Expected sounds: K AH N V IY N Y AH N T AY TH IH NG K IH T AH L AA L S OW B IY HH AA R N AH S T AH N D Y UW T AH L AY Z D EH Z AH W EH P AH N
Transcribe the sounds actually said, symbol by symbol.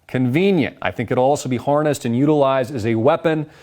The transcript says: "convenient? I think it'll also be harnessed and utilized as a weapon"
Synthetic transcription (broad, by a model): K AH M V IY N Y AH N T AY TH IH NG K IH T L AA L S OW B IY HH AA R N AH S T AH N Y UW T AH L AY Z D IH Z AH W EH P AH N